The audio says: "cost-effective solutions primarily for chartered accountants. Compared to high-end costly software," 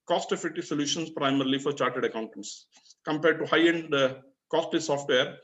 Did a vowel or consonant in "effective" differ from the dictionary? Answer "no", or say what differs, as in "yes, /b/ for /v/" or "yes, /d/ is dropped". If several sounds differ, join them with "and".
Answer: yes, /k/ is dropped